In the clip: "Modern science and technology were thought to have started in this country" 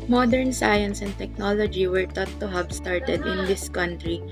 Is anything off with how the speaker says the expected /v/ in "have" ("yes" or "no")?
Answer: yes